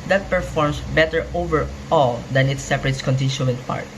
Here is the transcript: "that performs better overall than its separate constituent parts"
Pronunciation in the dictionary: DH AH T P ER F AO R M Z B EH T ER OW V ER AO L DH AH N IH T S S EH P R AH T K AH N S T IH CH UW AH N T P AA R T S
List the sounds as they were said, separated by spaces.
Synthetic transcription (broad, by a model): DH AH T P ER F AO R M S B EH T ER OW V ER AO L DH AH N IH T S S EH P R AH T K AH N T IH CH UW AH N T P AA R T